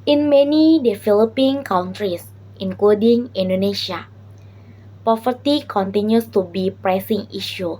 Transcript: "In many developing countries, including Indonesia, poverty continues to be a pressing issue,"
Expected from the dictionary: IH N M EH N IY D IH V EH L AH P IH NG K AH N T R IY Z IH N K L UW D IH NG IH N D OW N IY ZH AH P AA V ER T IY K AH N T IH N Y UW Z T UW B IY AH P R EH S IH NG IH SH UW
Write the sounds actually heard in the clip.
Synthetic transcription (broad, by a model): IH N M EH N IY D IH F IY L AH P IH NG K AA N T R IY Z IH N K L UW D IH NG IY N D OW N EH SH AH P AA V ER T IY K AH N T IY N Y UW S T UW B IY P R EH S IH NG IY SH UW